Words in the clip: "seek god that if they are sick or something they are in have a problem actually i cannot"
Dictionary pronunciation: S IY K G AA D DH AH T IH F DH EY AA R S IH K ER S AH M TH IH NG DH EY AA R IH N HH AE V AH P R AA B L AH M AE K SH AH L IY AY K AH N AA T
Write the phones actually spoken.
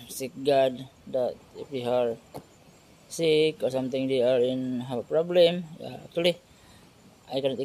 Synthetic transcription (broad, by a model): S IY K G AA D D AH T IH F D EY AA R S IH K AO S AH M T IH NG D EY AA R IH N HH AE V AH P R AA B L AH M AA K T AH L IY AY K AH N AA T